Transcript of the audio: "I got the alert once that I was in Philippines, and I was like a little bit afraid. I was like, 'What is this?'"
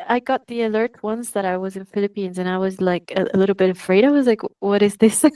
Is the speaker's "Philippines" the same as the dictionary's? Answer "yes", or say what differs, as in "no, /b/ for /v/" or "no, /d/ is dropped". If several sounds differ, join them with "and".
yes